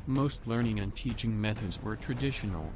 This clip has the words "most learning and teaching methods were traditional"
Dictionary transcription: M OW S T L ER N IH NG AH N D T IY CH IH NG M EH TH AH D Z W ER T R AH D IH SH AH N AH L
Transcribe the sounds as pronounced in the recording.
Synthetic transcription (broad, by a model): M OW S T L ER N IH NG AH N T IY CH IH NG M EH TH AH D Z W ER T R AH D IH SH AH N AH L